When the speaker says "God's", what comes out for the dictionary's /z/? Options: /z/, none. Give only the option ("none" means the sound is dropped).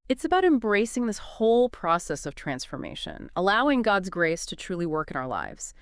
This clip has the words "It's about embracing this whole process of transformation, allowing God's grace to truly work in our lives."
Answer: /z/